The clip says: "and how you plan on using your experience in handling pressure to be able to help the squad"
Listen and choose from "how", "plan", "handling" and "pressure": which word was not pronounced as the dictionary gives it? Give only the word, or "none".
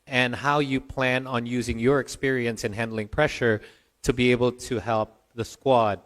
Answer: none